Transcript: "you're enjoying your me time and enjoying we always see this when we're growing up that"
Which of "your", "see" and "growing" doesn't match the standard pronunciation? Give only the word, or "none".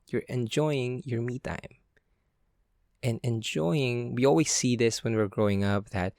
none